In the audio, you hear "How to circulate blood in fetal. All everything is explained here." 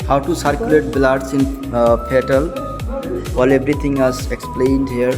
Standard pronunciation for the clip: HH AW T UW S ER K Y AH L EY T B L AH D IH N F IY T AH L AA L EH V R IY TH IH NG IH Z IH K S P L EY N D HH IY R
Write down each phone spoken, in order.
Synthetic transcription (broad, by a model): HH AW T UW S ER K Y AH L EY T B L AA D IH N P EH T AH L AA L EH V R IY T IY NG IH Z IH K S P L EY N D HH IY R